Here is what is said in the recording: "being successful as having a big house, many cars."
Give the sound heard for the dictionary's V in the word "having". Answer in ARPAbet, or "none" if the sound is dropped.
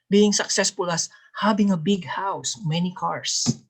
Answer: B